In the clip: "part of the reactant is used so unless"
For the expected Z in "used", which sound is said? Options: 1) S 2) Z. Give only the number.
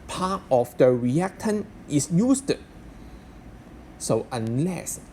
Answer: 1